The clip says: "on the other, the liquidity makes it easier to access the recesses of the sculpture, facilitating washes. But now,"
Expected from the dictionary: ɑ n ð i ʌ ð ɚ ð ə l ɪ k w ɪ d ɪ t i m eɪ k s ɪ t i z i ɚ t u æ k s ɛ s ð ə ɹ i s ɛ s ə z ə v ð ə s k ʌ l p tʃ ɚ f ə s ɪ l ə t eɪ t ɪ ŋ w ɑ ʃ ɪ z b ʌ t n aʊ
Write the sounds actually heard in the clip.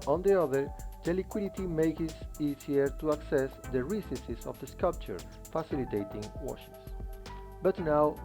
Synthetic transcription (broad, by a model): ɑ n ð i ʌ ð ɚ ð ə l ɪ k w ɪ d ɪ t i m eɪ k ɪ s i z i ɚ t u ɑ k s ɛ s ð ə ɹ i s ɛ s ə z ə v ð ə s k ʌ l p tʃ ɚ f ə s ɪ l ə t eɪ t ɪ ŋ w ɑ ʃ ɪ s b ʌ t n aʊ